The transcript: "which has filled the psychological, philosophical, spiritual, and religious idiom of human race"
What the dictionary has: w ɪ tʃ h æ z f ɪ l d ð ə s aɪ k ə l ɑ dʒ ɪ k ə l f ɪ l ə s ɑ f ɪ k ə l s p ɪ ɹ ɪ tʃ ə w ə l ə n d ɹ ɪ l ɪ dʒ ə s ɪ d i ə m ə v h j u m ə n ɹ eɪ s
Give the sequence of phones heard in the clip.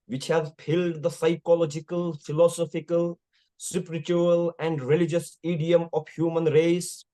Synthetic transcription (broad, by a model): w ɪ tʃ h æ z p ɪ l d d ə s aɪ k ə l ɑ dʒ ɪ k ə l f ɪ l ə s ɑ f ɪ k ə l s p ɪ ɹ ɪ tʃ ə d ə l ə n d ɹ ɪ l ɪ dʒ ə s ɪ d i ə m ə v h j u m ə n ɹ eɪ s